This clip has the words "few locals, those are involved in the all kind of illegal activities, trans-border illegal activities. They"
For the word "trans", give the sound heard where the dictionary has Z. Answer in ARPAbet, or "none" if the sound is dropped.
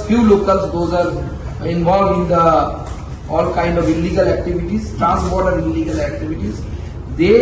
S